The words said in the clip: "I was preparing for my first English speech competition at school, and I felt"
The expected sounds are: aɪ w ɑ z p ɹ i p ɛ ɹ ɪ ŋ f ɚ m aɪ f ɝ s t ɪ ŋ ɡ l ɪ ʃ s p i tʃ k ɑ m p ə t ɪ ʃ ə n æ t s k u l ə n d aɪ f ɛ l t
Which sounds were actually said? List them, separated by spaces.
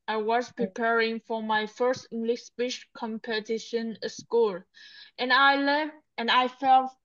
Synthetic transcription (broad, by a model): aɪ w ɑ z p ɹ i p ɛ ɹ ɪ ŋ f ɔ m aɪ f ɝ s t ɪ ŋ ɡ l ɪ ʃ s b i ʃ k ɑ m p ə t ɪ ʃ ə n s k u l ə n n aɪ f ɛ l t